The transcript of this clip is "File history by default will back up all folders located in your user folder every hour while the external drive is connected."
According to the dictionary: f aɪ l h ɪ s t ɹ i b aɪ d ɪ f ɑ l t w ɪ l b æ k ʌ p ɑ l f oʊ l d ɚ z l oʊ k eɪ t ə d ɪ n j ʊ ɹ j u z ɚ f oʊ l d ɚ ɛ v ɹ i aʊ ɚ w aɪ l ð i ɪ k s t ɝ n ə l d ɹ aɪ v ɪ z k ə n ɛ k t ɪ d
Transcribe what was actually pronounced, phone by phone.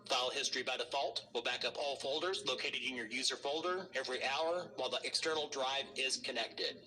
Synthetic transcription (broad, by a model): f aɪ l h ɪ s t ɹ i b aɪ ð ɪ f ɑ l t w ɪ l b æ k ʌ p ɑ l f oʊ l d ɚ z l oʊ k eɪ t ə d ɪ n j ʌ ɹ j u z ɚ f oʊ l d ɚ ɛ v ɹ i aʊ ɚ w aɪ l ð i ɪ k s t ɝ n l d ɹ aɪ v ɪ z k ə n ɛ k t ɪ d